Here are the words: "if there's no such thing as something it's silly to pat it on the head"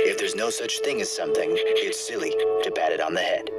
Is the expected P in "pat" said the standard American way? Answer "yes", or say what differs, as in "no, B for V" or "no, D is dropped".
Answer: no, B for P